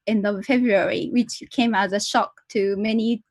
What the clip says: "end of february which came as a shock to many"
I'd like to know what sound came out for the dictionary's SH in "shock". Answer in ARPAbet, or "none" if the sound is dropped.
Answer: SH